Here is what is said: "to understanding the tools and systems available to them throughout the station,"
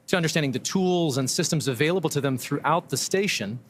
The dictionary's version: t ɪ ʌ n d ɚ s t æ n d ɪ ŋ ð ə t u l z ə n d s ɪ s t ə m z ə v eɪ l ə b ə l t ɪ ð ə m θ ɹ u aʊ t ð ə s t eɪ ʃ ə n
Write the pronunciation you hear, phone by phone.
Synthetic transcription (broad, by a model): t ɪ ʌ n d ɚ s t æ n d ɪ ŋ ð ə t u l z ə n s ɪ s t ə m z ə v eɪ l ə b l t ɪ ð ə m θ ɹ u aʊ t ð ə s t eɪ ʃ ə n